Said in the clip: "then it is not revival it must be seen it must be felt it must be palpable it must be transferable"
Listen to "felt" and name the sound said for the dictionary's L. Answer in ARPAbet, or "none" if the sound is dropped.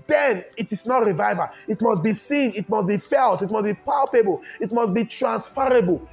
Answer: L